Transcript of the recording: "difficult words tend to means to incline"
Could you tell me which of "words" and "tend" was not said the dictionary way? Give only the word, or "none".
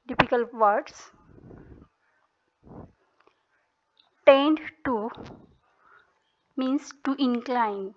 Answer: words